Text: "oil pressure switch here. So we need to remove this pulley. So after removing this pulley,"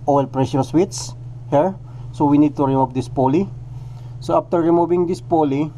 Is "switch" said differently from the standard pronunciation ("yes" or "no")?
yes